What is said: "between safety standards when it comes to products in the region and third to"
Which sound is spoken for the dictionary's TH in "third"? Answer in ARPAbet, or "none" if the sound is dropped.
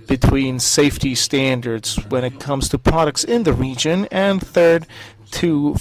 TH